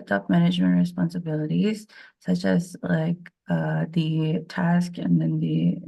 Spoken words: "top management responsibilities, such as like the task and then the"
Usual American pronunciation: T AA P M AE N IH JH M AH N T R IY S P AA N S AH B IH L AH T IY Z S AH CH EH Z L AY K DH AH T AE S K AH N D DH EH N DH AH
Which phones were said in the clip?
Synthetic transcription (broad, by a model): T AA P M AE N IH JH M AH N T R IY S P AA N S AH B IH L AH T IY Z S AH CH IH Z L AY K DH AH T AE S K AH N DH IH N DH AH